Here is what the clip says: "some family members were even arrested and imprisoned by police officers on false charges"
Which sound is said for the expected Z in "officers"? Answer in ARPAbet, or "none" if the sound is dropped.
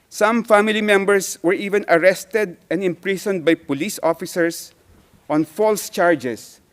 S